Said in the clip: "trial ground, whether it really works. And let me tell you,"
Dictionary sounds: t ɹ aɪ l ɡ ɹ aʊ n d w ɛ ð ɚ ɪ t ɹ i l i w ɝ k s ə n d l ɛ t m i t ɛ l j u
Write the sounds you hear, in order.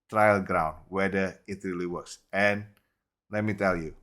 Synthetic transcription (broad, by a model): t ɹ aɪ l ɡ ɹ aʊ n d w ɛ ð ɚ ɪ t ɹ i l i w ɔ s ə n l ɛ t m i t ɛ l j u